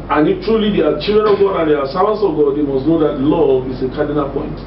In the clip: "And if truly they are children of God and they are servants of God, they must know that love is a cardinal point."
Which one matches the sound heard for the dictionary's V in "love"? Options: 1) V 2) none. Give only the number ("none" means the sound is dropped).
2